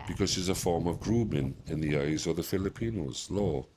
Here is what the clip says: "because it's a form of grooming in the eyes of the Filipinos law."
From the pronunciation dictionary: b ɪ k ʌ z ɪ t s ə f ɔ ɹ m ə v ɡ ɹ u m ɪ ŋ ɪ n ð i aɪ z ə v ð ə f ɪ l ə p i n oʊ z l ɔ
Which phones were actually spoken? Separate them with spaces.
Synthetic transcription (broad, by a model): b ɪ k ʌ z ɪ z ə f ɔ ɹ m ə v ɡ ɹ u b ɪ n ɪ n ð i aɪ z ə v ð ə f ɪ l ə p i n oʊ z l ɔ